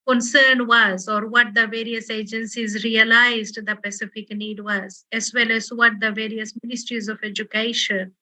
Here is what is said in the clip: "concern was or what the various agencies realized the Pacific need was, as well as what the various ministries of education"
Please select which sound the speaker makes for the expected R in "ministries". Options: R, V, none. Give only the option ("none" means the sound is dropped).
R